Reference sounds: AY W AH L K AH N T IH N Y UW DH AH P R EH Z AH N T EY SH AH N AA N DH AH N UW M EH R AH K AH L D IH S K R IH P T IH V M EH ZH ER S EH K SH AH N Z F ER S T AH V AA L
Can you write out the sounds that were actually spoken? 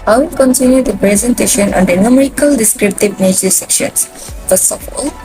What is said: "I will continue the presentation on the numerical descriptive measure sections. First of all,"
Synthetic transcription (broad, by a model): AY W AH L K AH N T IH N Y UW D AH P R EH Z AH N T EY SH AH N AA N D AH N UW M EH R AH K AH L D IH S K R IH P T IH V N EH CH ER S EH K SH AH N S F ER S T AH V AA L